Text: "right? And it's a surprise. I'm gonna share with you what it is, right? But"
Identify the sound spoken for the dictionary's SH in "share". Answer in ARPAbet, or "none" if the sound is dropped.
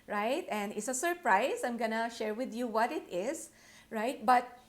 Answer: SH